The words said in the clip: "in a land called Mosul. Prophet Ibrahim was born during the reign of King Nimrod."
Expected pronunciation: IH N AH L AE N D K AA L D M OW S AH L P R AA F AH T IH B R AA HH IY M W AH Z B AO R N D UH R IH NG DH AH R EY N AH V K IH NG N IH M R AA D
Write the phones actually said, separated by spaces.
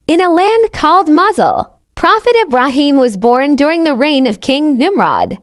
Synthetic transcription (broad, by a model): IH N AH L AE N D K AA L D M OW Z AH L P R AA F AH T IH B R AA HH IY M W AH Z B AO R N D UH R IH NG DH AH R EY N AH V K IH NG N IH M R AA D